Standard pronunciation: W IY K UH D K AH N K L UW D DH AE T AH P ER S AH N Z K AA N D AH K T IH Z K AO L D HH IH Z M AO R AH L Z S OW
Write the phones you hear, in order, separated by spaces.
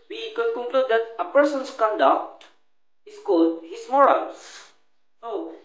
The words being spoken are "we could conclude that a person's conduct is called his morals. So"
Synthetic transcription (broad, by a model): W IY K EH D K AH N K L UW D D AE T AH P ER S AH N S K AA N D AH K T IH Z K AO D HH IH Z M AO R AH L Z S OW